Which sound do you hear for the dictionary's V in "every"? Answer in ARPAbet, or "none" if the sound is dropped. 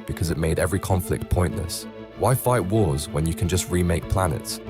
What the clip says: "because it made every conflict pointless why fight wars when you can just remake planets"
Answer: V